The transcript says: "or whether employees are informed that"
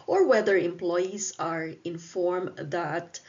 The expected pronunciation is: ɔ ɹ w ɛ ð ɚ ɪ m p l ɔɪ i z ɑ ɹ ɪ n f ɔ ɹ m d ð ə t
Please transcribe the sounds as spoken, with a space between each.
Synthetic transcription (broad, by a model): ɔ ɹ w ɛ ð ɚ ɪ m p l ɔɪ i s ɑ ɹ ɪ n f ɔ ɹ m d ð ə t